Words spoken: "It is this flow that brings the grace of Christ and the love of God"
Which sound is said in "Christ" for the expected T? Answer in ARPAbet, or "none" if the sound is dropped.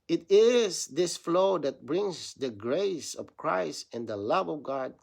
T